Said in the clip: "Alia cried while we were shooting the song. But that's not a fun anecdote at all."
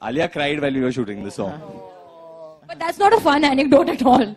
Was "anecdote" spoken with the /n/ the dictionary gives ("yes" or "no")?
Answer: yes